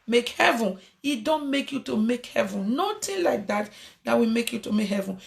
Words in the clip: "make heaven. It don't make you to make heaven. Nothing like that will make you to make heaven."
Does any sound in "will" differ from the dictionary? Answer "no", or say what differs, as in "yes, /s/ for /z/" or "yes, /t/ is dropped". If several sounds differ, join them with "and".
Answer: yes, /w/ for /l/